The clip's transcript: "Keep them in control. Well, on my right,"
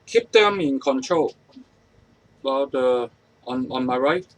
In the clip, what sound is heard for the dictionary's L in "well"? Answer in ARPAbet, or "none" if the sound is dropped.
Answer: N